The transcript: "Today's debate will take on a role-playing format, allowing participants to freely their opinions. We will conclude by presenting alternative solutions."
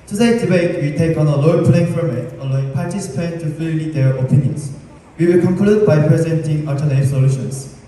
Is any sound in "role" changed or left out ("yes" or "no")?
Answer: yes